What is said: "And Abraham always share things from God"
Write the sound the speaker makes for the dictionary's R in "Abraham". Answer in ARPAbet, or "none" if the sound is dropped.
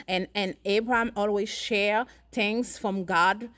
R